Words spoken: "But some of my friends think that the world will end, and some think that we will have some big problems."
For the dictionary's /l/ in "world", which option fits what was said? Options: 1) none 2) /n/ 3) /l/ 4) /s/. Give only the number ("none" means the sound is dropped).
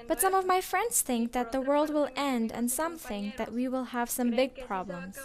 3